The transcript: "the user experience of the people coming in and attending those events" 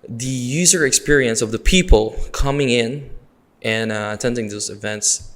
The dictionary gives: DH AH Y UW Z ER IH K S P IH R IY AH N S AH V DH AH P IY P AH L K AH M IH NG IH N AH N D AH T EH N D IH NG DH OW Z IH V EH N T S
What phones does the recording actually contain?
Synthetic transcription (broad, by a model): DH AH Y UW Z ER IH K S P IH R IY AH N S AH V DH AH P IY P AH L K AH M IH NG IH N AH N AH T EH N D IH NG DH OW Z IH V EH N T S